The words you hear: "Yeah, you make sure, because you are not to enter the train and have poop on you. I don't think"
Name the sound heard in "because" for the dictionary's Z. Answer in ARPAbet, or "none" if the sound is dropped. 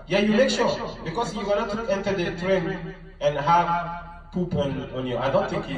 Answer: S